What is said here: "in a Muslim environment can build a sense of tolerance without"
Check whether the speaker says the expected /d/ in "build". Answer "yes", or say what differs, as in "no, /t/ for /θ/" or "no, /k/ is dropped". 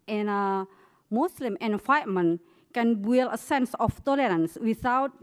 no, /d/ is dropped